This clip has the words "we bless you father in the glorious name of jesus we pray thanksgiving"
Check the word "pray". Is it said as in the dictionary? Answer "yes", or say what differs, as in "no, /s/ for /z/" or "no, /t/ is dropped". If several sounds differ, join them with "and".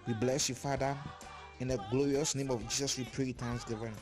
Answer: yes